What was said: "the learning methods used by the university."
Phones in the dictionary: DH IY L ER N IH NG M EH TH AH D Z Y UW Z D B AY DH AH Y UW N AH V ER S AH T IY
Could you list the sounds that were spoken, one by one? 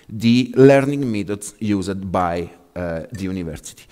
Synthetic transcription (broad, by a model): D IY L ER N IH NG M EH T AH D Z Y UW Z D B AY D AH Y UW N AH V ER S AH T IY